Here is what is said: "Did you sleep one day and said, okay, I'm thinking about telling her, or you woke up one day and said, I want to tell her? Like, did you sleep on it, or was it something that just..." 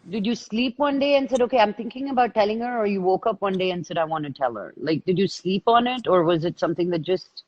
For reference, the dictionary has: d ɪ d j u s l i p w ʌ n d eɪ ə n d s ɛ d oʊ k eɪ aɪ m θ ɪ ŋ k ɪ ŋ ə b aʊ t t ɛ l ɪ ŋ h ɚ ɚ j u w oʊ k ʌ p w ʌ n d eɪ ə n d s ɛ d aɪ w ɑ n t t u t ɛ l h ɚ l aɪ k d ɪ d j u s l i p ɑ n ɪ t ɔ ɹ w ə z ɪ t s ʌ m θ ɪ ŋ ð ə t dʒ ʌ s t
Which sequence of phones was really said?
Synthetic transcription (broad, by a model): d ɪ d j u s l i p w ʌ n d eɪ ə n s ɛ d oʊ k eɪ aɪ m t ɪ ŋ k ɪ ŋ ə b aʊ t t ɛ l ɪ ŋ h ɚ ɚ j u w oʊ k ʌ p w ʌ n d eɪ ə n s ɛ d aɪ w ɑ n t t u t ɛ l h ɚ l aɪ k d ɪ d j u s l i p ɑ n ɪ t ɔ ɹ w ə z ɪ t s ʌ m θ ɪ ŋ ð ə t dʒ ʌ s t